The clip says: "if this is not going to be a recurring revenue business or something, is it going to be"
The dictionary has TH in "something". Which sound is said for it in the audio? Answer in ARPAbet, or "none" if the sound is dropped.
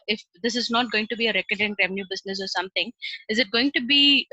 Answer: T